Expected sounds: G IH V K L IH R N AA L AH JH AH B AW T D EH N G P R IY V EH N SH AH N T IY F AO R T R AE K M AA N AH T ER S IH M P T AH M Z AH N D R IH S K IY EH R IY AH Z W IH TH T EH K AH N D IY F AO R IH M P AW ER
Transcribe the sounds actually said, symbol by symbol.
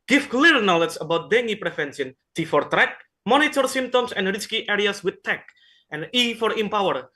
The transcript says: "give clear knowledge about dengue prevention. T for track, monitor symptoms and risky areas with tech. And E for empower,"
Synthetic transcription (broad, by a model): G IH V K L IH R N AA L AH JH AH B AW T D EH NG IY P R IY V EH N S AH N T IY F AO R T R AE K M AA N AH T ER S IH M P T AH M S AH N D R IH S K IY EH R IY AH S W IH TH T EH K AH N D IY F AO R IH M P AW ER